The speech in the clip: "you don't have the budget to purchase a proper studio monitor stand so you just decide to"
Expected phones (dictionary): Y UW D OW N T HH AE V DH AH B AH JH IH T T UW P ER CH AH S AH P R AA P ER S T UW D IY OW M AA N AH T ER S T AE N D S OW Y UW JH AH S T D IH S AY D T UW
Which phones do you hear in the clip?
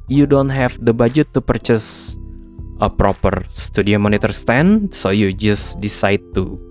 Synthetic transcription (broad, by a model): Y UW D OW N T HH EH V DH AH B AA JH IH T T UW P ER CH AH S AH P R AA P ER S T UW D IY OW M AA N AH T ER S T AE N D S OW Y UW JH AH S D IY S AY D T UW